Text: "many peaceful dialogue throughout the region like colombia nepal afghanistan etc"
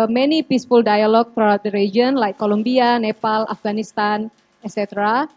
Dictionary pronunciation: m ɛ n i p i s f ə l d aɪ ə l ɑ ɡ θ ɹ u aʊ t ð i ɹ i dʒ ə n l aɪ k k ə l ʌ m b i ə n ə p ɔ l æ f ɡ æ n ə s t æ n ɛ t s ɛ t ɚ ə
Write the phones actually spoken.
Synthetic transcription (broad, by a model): m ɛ n i p i s f ə l d aɪ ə l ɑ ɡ t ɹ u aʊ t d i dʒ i ə n l aɪ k k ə l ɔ m b i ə n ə p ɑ l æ f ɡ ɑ n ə s t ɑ n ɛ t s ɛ t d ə